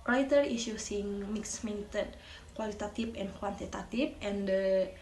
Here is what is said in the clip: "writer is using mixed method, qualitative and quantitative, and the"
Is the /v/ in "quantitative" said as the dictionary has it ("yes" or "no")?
no